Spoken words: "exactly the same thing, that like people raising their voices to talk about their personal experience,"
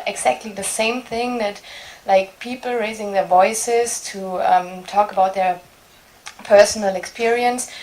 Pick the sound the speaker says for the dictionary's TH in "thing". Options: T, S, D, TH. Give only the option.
TH